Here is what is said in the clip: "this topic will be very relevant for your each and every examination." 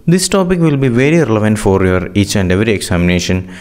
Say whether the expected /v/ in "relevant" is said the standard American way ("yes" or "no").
yes